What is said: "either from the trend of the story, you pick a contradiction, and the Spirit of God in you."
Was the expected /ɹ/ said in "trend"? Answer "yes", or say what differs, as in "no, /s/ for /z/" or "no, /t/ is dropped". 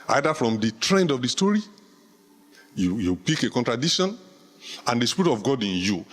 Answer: yes